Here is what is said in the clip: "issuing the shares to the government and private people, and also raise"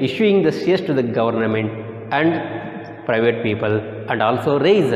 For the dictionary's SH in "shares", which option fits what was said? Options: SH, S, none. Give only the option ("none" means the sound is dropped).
S